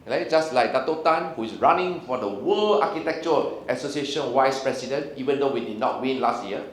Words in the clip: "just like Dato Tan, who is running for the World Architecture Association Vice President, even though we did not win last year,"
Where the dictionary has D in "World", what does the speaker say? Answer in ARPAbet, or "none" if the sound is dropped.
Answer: none